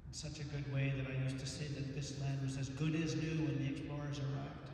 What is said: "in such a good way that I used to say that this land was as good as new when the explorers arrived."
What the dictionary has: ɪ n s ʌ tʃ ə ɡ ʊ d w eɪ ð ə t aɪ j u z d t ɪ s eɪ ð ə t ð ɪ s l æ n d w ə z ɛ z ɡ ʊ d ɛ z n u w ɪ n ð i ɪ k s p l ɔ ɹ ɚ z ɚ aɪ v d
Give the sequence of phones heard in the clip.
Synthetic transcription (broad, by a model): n s ʌ tʃ ə ɡ ʊ d w eɪ ð ə t aɪ j u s t ɪ s eɪ ð ə t ð ɪ s l æ n d w ə z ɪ z ɡ ʊ d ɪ z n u w ɪ n ð i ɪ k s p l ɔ ɹ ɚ z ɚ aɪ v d